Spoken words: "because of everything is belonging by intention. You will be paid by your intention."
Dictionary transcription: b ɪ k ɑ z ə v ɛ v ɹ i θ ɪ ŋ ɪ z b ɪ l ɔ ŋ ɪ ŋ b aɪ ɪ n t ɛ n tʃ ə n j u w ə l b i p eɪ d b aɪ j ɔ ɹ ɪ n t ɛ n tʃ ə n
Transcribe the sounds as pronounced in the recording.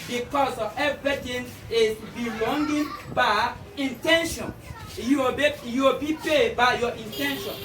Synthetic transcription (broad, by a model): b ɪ k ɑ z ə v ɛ v ɹ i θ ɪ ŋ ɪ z b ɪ l ɔ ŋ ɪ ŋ b aɪ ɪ n t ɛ n ʃ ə n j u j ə w b i p eɪ d b aɪ j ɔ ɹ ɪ n t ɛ n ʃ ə n